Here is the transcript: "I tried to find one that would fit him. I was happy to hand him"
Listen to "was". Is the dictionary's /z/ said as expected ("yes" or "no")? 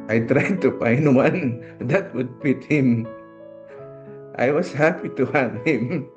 no